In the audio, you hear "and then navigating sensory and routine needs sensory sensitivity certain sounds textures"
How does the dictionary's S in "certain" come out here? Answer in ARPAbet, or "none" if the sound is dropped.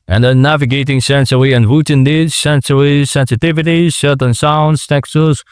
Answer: SH